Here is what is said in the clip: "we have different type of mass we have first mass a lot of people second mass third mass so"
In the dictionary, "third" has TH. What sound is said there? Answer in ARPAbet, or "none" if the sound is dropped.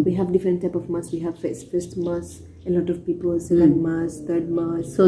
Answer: T